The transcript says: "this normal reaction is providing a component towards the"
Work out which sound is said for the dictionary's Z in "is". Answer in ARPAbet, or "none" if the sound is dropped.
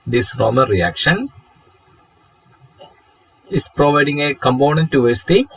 S